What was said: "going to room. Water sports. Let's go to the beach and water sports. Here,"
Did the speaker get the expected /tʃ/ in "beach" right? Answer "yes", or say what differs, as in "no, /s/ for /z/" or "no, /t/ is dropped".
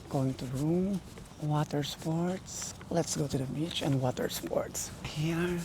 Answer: yes